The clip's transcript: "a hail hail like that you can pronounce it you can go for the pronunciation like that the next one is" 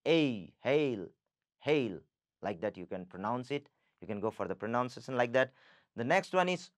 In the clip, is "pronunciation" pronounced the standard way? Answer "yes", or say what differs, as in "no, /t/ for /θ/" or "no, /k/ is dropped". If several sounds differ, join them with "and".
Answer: no, /s/ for /ʃ/